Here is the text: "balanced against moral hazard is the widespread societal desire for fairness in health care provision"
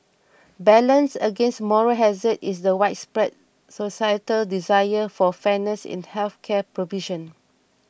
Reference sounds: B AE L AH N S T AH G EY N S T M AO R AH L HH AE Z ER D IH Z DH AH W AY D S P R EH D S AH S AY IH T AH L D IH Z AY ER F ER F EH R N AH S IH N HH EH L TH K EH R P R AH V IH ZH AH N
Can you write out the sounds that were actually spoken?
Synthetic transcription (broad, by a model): B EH L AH N S AH G EY N S T M AO R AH HH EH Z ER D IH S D AH W AY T S P R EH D S AH S AY IH T AH L D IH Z AY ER F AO F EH N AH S IH N HH EH L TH K EH P R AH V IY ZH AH N